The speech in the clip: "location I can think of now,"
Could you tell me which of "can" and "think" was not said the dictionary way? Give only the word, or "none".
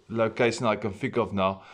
think